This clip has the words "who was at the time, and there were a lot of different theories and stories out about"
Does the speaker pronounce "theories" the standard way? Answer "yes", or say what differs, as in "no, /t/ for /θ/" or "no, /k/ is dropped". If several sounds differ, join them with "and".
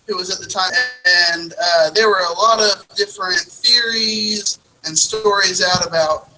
yes